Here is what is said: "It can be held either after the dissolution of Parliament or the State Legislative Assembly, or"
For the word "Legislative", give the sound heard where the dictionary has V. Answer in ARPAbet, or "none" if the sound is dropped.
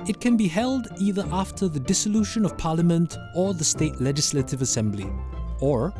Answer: V